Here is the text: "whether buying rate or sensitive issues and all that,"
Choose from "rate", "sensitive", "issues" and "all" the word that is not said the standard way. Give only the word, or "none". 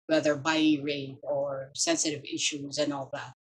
none